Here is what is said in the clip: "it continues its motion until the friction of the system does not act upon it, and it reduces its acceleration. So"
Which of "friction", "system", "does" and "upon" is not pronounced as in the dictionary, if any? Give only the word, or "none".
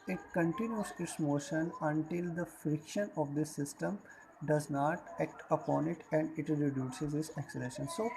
none